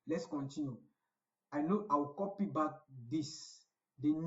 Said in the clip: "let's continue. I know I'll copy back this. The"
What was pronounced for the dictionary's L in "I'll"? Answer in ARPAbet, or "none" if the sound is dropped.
W